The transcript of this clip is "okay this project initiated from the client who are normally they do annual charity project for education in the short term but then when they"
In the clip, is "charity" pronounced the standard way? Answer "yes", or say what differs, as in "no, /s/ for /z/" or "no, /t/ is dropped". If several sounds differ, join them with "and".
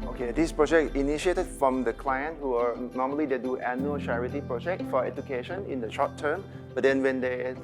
yes